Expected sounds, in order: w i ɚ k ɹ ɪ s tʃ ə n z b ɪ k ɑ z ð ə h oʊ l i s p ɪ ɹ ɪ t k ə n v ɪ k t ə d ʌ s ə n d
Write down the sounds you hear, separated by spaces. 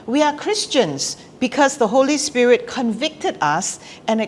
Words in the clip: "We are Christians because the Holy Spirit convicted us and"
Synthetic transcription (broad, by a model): w i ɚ k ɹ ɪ s tʃ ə n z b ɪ k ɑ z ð ə h oʊ l i s p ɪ ɹ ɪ t k ə n v ɪ k t ə d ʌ s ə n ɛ